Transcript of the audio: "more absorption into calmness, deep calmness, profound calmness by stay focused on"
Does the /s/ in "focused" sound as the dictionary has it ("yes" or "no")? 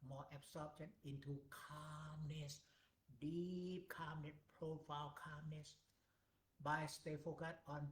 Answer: no